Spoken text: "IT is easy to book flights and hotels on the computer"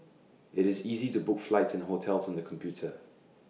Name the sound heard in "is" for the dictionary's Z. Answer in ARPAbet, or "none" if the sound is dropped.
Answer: Z